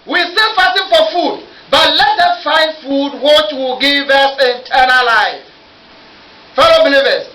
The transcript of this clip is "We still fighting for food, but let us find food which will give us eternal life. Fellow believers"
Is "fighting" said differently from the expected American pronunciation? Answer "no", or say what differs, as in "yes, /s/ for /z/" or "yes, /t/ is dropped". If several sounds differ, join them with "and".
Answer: yes, /s/ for /t/